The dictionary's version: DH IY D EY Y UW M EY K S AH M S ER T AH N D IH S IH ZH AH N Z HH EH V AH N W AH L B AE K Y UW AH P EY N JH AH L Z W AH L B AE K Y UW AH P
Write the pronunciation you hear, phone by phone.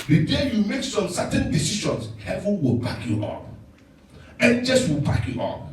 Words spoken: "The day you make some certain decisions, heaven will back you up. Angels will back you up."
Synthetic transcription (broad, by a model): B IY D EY Y UW M EY K S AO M S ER T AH N D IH S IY SH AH N S HH EH V AH N W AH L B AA K Y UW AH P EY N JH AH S W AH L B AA K Y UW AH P